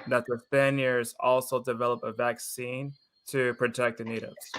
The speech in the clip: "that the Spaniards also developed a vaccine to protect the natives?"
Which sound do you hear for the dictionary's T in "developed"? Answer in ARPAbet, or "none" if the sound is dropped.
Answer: none